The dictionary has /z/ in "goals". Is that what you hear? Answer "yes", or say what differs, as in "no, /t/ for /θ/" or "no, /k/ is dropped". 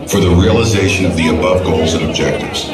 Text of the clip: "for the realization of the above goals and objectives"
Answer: yes